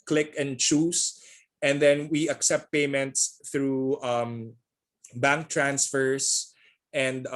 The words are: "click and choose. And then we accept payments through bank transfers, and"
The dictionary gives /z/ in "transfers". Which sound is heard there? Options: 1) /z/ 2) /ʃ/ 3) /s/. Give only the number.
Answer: 3